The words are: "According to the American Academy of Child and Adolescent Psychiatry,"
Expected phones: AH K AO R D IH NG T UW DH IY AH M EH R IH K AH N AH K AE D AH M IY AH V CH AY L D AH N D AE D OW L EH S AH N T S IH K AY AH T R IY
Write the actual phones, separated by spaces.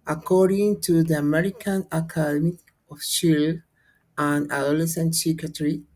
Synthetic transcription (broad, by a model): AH K AO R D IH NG T UW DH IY AH M EH R IH K AH N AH K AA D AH M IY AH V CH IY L AH N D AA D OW L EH S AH N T S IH K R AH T R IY